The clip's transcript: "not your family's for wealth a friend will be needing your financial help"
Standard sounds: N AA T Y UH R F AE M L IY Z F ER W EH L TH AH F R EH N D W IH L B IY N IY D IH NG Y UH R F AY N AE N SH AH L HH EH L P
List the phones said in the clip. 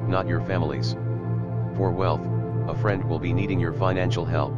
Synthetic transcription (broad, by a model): N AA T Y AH R F AE M L IY Z F ER W EH L TH AH F R EH N D W IH L B IY N IY D IH NG Y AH R F AY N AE N SH L HH EH L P